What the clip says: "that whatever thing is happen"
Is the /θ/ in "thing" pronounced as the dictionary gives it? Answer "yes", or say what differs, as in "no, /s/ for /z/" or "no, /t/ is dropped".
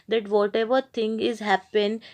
no, /t/ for /θ/